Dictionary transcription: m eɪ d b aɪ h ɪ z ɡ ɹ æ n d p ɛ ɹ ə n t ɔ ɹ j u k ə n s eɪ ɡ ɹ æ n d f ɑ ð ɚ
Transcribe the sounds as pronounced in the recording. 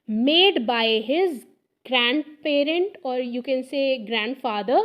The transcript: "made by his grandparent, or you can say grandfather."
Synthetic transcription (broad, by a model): m eɪ d b aɪ h ɪ z ɡ ɹ æ n d p ɛ ɹ ə n t ɔ ɹ j u k ə n s eɪ ɡ ɹ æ n d f ɑ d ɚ